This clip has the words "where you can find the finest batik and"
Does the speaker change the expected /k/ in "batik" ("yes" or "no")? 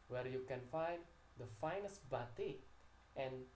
yes